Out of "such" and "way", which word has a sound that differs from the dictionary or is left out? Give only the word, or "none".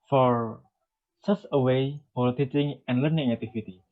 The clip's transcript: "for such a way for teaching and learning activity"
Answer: such